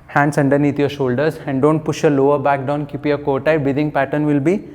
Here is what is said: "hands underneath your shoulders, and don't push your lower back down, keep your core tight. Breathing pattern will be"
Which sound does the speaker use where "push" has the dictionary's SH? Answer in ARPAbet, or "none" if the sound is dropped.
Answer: SH